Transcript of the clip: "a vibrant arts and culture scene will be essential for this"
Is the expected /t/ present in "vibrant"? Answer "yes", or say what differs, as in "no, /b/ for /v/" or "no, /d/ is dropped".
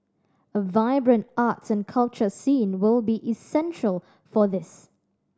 yes